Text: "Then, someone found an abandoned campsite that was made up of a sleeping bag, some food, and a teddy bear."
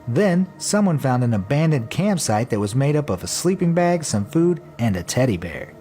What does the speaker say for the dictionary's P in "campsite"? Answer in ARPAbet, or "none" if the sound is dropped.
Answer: P